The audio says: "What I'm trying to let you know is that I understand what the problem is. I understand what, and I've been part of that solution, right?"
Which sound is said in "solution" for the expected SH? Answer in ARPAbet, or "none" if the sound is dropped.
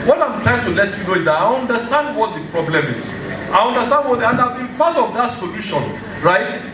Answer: SH